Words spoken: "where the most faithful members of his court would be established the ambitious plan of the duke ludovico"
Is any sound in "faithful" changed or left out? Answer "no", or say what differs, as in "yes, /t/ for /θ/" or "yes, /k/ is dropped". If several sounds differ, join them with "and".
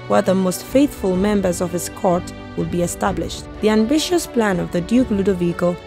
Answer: no